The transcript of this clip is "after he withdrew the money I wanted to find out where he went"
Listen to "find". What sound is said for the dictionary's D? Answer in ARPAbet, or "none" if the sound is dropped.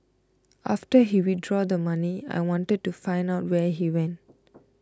D